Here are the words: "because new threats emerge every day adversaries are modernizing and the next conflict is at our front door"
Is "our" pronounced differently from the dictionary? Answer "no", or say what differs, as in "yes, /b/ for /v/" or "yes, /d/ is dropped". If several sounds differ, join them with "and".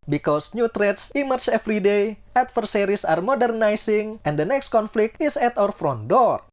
no